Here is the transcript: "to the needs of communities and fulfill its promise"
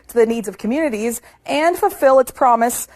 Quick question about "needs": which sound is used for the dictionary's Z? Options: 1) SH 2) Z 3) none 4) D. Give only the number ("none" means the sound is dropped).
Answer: 2